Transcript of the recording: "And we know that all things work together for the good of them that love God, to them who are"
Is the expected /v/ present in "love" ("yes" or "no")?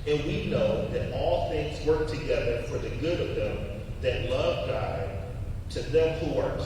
yes